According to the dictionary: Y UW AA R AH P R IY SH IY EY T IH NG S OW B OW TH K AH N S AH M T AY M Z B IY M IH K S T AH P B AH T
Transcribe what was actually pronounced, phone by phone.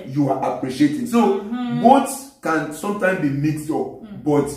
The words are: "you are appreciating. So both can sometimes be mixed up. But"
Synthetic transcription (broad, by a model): Y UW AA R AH P R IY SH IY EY T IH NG S OW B OW S K AH N S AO M T AY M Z B IY M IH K S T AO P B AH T